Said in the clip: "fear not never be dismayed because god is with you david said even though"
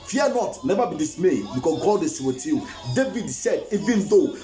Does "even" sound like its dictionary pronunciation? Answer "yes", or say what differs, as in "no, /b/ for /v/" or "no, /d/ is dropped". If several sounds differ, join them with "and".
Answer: yes